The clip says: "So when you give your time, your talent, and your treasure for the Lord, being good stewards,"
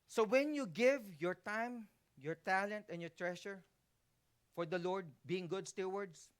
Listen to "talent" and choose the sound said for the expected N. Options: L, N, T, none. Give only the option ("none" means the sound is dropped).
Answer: N